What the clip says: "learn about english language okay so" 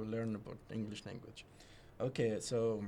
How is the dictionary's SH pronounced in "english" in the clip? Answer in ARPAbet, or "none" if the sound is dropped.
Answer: SH